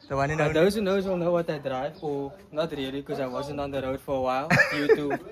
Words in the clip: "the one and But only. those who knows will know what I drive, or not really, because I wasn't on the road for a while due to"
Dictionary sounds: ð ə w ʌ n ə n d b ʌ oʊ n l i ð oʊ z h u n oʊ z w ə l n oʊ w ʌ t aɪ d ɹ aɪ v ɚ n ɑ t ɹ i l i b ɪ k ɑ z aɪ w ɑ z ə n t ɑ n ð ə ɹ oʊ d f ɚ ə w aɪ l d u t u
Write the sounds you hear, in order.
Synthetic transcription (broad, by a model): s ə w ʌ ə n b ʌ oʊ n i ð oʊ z h u n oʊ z w ə l n oʊ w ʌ t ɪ d ɹ aɪ v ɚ n ɑ t ɹ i i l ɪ k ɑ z aɪ w ɑ z ə n t ɑ n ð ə ɹ oʊ d f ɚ ə w aɪ l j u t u